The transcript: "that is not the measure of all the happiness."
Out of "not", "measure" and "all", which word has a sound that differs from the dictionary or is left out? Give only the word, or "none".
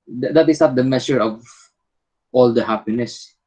measure